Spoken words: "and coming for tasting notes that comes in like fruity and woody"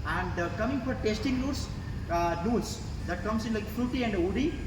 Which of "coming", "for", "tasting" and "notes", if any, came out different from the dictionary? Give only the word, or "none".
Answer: notes